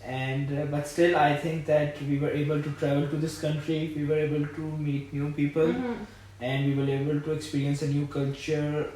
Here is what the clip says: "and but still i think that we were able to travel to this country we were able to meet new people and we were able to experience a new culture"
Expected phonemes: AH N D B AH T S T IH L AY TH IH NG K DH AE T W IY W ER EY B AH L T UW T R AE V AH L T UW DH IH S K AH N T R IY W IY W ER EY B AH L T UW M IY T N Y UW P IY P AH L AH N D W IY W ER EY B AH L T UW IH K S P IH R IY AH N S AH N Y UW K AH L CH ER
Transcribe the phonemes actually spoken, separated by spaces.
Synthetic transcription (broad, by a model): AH N D B AH T S T IH L AY T IH NG K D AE T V IY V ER EY B AH L T UW T R AE V AH L T UW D IH S K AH N T R IY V IY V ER EY B AH L T UW M IY T N Y UW P IY P AH L AH N D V IY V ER EY B AH L T UW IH K S P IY R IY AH N S AH N Y UW K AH L CH ER